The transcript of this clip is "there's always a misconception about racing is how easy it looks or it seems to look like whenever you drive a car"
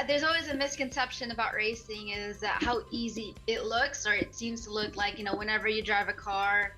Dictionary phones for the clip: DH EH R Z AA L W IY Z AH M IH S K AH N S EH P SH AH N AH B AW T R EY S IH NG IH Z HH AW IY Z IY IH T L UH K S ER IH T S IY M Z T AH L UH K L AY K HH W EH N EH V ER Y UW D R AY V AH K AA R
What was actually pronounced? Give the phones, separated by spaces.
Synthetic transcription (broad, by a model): DH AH R Z AA L W IY Z AH M IH S K AH N S EH P SH AH N AH B AW T R EY S IH NG IH Z HH AW IY Z IY IH T L UH K S ER IH T S IY M Z T AH L UH K L AY K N W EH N EH V ER Y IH D R AY V AH K AA R